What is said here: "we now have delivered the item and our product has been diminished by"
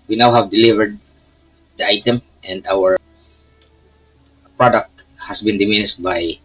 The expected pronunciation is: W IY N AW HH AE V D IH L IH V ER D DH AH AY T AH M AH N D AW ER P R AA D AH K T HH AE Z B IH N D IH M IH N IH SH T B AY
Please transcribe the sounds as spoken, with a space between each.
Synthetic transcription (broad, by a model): W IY N AW HH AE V D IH L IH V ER D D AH AY T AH M AH N D AW ER P R AA D AH K T HH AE S B IH N D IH M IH N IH S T B AY